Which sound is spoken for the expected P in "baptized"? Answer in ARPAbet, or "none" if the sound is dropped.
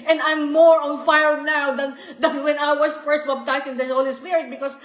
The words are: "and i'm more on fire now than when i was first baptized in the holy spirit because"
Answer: B